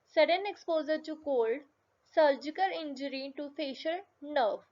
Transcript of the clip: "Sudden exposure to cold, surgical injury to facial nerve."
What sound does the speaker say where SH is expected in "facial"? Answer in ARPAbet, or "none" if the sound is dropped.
SH